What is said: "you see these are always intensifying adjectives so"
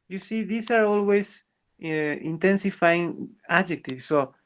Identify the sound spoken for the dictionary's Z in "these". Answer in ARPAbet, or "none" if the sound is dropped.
S